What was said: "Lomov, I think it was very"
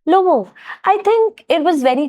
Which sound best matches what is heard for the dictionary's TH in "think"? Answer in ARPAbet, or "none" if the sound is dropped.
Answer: T